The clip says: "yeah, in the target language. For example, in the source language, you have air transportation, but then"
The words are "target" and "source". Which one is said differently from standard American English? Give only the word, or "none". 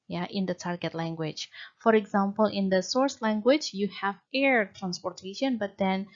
none